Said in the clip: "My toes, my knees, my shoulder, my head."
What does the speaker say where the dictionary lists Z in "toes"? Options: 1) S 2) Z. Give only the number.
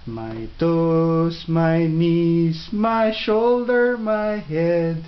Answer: 1